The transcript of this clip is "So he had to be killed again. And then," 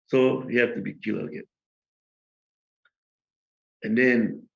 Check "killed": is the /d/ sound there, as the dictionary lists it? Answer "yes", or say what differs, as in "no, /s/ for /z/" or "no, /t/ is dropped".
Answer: no, /d/ is dropped